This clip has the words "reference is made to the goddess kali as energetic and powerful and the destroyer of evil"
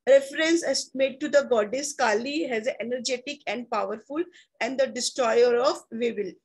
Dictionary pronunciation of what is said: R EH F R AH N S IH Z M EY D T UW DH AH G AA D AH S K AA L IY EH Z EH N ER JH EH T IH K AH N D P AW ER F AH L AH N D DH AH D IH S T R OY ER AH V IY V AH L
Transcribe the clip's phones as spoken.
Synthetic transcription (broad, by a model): R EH F R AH N S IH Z M EY D T UW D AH G AA D AH S K AA L IY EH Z EH N ER JH EH T IH K AH N D P AW ER F AH L AH N D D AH D IH S T R OY ER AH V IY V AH L